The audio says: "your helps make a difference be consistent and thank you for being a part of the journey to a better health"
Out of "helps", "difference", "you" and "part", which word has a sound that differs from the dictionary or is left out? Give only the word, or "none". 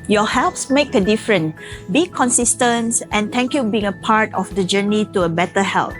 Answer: difference